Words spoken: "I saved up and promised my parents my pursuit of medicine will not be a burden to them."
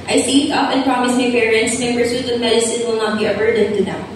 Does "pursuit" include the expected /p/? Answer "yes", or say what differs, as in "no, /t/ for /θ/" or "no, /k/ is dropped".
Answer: no, /b/ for /p/